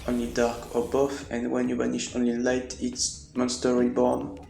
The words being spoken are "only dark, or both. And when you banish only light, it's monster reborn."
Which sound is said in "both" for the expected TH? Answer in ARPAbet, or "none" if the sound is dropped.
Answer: F